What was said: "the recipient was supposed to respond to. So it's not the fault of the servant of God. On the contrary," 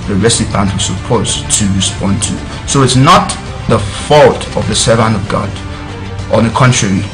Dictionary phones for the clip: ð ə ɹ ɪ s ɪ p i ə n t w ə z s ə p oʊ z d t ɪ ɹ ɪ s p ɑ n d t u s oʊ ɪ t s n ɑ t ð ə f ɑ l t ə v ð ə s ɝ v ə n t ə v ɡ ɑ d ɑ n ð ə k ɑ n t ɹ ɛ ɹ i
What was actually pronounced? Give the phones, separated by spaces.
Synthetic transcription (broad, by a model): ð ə ɹ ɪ s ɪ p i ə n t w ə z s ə p oʊ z t ɪ ɹ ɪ s p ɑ n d t u s oʊ ɪ t s n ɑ t ð ə f ɑ l t ə v ð ə s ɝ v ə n ə v ɡ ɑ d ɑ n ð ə k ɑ n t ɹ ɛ ɹ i